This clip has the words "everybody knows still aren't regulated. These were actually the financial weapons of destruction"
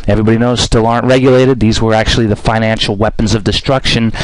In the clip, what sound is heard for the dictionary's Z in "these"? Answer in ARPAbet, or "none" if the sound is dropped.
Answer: Z